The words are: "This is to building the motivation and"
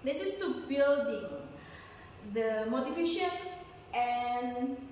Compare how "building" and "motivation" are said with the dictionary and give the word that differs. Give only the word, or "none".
motivation